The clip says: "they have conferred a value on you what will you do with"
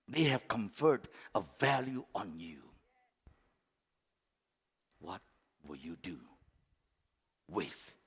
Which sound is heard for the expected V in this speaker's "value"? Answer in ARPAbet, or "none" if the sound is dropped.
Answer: V